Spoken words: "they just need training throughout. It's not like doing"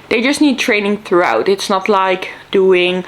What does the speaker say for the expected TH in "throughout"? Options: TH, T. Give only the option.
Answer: TH